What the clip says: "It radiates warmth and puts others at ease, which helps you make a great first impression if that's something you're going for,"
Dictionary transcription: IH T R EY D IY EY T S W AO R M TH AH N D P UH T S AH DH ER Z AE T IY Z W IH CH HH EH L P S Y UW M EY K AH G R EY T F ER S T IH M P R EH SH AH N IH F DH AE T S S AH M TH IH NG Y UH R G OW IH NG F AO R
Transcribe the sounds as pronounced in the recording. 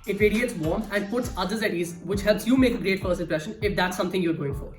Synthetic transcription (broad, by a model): IH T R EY D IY EY T S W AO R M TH AH N D P UH T S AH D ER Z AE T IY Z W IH CH HH EH L P S Y UW M EY K AH G R EY T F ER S IH P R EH SH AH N IH F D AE T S S AH M T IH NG Y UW R G OW IH NG F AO R